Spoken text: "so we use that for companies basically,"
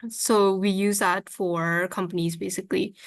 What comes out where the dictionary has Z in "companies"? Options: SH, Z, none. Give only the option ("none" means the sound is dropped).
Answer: Z